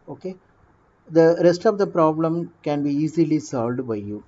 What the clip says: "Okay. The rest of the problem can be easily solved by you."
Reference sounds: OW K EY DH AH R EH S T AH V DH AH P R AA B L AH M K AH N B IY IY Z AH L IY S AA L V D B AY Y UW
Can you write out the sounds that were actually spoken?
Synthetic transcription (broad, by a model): OW K EY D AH R EH S T AH V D AH P R AA B L AH M K AH N B IY IY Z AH L IY S AA L V D B AY Y UW